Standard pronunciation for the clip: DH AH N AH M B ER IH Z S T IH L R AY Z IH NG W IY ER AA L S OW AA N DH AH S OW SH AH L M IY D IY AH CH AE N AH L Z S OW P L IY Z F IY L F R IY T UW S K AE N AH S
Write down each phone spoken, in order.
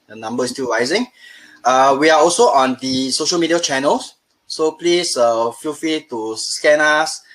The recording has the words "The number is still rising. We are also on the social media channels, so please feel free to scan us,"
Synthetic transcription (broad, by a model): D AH N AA M B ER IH S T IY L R AY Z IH NG W IY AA AA L S OW AA N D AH S OW SH AH L M IY D IY AH CH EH N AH L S S OW P L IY S F IY L F IY T UW S K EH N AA S